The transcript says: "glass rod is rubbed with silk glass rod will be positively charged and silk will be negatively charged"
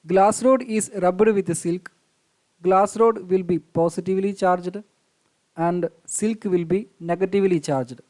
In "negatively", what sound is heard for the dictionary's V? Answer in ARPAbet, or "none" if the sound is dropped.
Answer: V